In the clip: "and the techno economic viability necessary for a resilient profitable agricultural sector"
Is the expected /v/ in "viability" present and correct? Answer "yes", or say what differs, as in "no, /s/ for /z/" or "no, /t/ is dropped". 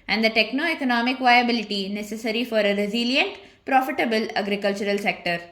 yes